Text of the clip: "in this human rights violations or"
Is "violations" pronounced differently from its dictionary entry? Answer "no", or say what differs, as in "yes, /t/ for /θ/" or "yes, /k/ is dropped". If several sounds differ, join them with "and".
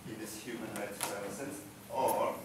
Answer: yes, /s/ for /ʃ/